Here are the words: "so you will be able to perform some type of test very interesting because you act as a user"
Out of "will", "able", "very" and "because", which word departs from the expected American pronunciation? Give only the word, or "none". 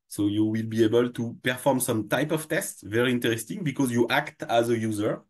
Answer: none